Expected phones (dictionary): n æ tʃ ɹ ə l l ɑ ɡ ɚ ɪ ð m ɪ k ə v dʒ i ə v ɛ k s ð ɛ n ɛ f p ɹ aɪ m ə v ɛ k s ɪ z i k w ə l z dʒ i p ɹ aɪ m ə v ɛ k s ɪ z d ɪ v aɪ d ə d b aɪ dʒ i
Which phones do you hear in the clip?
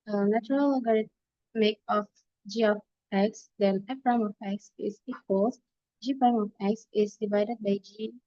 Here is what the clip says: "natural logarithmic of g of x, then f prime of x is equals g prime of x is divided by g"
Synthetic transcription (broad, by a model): n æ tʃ ɹ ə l l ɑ ɡ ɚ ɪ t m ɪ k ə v dʒ i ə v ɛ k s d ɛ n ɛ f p ɹ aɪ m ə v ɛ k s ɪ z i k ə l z dʒ i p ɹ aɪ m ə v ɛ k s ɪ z d ɪ v aɪ d ə d b aɪ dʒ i